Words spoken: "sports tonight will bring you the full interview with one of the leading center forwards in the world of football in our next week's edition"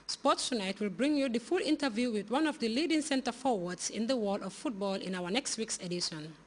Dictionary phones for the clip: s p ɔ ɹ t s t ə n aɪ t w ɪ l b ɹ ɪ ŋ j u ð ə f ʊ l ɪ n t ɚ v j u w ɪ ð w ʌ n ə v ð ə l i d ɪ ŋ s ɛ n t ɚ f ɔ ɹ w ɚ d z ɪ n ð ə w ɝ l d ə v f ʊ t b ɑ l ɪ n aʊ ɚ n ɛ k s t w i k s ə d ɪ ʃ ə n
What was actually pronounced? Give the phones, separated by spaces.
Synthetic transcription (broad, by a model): s p ɔ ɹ t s t ə n aɪ t w ɪ l b ɹ ɪ ŋ j u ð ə f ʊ l ɪ n t ɚ v j u w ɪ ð w ʌ n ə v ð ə l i d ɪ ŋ s ɛ n t ɚ f ɔ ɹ w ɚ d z ɪ n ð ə w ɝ d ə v f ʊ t b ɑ l ɪ n aʊ ɚ n ɛ k s t w i k s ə d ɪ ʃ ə n